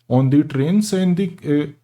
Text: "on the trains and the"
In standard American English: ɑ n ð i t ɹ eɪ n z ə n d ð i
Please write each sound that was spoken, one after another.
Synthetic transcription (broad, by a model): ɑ n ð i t ɹ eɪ n s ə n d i